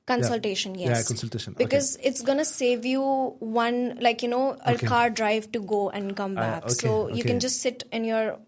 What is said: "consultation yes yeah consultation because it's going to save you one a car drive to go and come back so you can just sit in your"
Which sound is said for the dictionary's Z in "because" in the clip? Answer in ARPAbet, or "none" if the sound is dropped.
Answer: Z